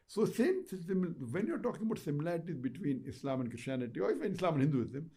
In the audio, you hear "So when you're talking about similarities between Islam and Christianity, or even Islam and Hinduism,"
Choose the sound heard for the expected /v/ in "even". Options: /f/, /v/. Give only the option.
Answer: /f/